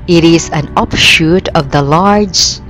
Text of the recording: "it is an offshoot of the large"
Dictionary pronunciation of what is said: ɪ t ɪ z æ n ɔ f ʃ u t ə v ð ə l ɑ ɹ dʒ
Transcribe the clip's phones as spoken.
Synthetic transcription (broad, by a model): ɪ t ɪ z æ n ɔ p ʃ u t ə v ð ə l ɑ ɹ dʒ